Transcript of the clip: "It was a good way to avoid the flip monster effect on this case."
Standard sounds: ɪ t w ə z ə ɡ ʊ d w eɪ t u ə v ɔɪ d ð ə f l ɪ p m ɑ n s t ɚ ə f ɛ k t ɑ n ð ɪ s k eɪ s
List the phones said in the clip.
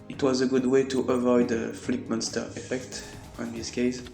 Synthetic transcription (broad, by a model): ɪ t w ə z ə ɡ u d w eɪ t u ə v ɔɪ d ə f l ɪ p m ɑ n s t ɚ ə f ɛ k t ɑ n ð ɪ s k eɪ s